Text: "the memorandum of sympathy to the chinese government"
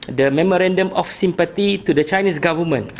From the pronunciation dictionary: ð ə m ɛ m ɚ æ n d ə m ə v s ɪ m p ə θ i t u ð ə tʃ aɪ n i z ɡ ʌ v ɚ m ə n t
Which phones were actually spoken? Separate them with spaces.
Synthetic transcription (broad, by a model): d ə m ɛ m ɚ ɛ n d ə m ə f s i m p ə t i t u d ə tʃ aɪ n i s ɡ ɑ v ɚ m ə n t